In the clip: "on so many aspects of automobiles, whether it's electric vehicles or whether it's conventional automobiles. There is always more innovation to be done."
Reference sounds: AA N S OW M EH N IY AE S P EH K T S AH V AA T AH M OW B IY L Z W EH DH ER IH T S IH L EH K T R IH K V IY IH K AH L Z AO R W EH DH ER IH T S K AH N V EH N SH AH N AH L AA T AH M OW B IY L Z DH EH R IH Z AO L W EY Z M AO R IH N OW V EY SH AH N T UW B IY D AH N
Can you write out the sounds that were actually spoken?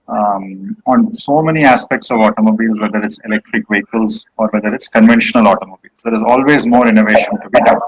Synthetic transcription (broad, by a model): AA N S OW M EH N IY AE S P EH K T S AH V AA T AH M OW B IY L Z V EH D ER IH T S IH L EH K T R IH K V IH K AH L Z AO R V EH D ER IH T S K AH N V EH N SH AH N AH L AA T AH M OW B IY L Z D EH R IH Z AO L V EY Z M AO R IH N OW V EY SH AH N T UW B IY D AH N